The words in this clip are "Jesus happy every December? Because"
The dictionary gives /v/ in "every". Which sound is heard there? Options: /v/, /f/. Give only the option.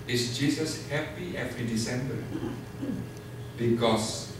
/f/